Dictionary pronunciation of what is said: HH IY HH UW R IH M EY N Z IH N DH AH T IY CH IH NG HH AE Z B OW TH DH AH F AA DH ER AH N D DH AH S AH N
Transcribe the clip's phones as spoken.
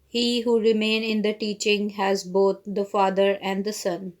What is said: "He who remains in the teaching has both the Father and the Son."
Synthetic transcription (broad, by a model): HH IY HH UW R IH M EY N IH N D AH T IY CH IH NG HH AE Z B OW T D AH F AA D ER AH N D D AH S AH N